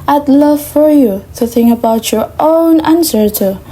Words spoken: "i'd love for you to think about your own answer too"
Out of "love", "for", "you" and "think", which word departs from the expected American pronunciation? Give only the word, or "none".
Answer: none